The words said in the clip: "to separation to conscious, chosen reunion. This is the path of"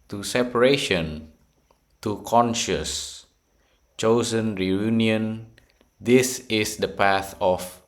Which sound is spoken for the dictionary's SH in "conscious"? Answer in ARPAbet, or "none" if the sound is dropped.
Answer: SH